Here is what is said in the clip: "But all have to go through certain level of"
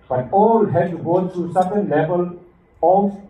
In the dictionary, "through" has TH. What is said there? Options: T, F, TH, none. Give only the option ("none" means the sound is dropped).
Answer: T